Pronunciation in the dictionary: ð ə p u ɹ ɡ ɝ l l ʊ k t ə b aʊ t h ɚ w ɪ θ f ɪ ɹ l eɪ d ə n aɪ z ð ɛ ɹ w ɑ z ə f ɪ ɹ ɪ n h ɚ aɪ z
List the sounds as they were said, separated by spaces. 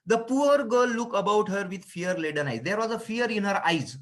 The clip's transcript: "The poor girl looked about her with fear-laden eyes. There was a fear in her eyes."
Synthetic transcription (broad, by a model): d ə p u ɹ ɡ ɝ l l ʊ k ə b aʊ t h ɚ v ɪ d f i ɹ l eɪ d ə n aɪ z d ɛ ɹ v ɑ z ə f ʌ ɹ ɪ n h ɚ aɪ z